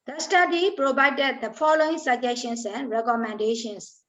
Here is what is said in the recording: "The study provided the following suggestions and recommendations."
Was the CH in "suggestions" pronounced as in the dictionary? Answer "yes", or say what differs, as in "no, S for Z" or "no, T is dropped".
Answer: no, SH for CH